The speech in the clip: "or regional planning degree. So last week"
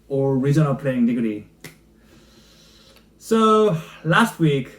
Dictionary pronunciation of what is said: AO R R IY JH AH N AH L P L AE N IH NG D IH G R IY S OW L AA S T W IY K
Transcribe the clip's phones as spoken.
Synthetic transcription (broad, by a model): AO R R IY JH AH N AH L P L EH IH NG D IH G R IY S OW L AA S T W IY K